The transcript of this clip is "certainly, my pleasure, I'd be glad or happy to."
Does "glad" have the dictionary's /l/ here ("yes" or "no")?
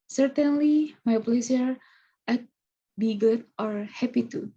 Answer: no